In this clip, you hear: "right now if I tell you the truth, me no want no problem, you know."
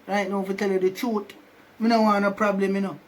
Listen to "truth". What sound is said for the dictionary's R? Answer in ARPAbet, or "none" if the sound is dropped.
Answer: none